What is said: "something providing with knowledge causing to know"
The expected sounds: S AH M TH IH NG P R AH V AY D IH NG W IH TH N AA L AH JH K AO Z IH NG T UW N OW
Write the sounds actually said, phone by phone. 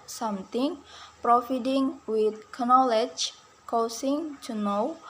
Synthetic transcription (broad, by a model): S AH M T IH NG P R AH F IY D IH NG W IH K N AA L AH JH K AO S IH NG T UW N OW